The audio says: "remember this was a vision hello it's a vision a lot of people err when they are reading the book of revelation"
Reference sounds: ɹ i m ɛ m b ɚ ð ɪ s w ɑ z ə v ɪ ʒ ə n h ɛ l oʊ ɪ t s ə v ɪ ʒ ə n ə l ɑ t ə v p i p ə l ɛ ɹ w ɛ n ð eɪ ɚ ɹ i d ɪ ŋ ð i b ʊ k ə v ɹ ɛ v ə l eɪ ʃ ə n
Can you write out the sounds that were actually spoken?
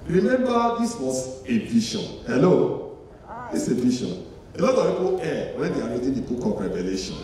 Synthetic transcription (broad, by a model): ɹ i m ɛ m b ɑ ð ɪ s w ɑ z ə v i ʃ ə n h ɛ l oʊ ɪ s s ə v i ʃ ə n ə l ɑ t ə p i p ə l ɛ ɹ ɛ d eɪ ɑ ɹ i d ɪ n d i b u k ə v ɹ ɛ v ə l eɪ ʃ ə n